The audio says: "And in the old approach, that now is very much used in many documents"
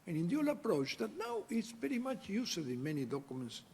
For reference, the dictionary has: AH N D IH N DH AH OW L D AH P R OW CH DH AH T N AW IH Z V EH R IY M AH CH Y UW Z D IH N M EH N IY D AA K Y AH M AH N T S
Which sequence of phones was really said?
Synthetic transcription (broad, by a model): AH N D IH N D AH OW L AH P R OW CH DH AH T N AW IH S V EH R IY M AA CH Y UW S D IH N M EH N IY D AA K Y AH M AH N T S